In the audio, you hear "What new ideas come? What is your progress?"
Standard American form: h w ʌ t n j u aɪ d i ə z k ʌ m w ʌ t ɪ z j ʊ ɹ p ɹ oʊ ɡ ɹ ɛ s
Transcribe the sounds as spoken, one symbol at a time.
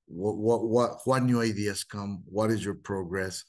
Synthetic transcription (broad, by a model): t w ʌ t n j u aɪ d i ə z k ʌ m w ʌ t ɪ z j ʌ ɹ p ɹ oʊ ɡ ɹ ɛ s